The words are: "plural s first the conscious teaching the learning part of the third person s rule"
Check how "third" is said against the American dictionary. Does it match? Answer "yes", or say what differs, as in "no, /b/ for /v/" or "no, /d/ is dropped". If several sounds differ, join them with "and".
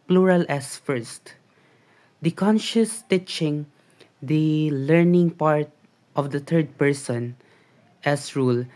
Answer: no, /t/ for /θ/